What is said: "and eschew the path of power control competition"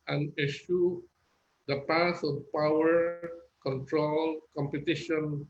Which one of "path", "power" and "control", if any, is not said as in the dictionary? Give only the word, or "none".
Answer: path